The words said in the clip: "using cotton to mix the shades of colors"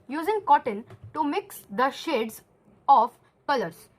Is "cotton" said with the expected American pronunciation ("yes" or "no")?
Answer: yes